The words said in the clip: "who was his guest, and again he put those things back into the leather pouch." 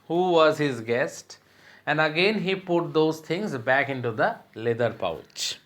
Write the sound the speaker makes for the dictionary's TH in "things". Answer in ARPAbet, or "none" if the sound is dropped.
T